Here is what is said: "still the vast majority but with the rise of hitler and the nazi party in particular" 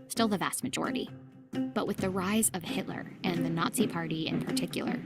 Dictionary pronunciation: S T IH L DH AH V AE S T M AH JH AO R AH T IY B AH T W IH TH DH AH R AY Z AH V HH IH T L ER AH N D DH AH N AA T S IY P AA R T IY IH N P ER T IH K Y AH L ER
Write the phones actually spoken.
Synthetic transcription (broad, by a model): S T IH L DH AH V AE S T M AH JH AO R AH T IY B AH T W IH DH AH R AY Z AH V HH IH T L ER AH N DH AH N AA T S IY P AA R T IY IH N P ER T IH K Y L ER